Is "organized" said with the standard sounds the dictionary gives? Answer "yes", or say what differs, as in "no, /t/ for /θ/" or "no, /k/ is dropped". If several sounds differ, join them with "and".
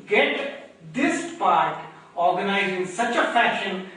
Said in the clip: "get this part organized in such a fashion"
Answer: no, /d/ is dropped